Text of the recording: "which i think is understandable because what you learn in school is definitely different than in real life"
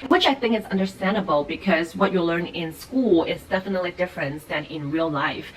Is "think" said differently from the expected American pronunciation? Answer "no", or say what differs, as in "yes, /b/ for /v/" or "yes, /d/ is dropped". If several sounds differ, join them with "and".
no